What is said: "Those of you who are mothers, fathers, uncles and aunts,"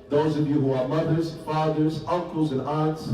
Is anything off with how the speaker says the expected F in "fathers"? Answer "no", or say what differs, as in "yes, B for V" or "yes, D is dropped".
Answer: no